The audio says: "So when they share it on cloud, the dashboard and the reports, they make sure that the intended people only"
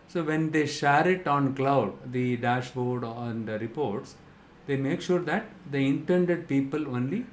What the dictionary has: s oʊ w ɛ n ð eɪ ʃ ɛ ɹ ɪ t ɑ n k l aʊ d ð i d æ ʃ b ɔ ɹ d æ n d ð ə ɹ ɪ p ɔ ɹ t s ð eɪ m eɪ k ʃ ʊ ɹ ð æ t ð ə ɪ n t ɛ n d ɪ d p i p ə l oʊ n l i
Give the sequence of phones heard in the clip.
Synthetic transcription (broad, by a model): s oʊ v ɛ n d eɪ ʃ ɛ ɹ ɪ t ɑ n k l aʊ d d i d æ ʃ b ɔ ɹ d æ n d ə ɹ ɪ p ɔ ɹ t s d eɪ m eɪ k ʃ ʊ ɹ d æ t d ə ɪ n t ɛ n d ɪ d p i p ə l oʊ n l i